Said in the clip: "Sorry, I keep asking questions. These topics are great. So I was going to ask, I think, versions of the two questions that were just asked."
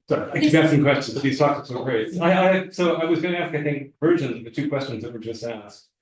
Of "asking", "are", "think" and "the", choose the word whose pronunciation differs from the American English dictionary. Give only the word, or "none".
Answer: asking